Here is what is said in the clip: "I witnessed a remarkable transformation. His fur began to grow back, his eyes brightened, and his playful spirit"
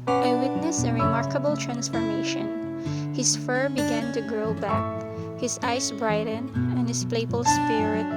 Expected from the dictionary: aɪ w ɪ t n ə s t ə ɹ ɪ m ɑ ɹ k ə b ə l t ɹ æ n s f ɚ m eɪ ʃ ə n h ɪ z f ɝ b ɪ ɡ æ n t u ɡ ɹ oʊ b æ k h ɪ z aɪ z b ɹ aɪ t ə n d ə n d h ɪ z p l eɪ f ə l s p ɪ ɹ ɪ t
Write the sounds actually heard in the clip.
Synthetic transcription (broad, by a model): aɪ w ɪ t n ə s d ə ɹ ɪ m ɑ ɹ k ə b ə l t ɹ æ n s f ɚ m eɪ ʃ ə n h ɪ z f ɝ b ɪ ɡ æ n t u ɡ ɹ oʊ b æ k h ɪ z aɪ s b ɹ aɪ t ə n ə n h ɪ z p l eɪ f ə l s p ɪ ɹ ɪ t